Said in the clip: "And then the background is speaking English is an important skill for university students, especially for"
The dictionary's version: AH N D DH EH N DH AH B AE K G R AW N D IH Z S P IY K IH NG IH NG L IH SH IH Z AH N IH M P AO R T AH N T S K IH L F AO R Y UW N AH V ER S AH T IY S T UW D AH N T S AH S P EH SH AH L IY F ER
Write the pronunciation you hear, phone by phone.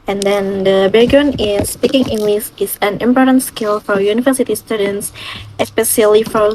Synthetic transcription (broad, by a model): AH N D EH N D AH B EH G UW N IH S P IY K IH NG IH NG L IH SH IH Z AH N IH M P AO R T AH N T S K IH L F AO R Y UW N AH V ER S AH T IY S T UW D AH N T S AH S P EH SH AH L IY F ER